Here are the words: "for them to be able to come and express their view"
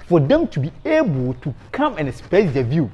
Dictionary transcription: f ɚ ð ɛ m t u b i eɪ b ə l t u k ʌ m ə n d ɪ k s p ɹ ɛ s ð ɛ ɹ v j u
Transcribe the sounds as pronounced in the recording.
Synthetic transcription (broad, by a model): f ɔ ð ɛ m t u b i eɪ b ə l t u k ʌ m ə n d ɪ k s p ɛ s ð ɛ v j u